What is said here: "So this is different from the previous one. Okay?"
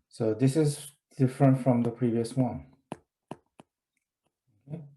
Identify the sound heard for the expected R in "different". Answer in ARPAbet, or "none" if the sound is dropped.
R